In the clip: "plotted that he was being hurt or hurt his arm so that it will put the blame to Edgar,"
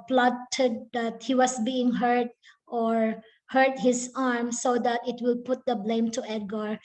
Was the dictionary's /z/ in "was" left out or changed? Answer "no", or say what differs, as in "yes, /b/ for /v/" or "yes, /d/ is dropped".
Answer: yes, /s/ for /z/